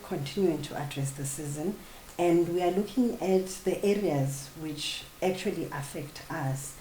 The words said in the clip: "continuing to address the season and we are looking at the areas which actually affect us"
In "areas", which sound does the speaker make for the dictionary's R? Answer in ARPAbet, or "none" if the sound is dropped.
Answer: R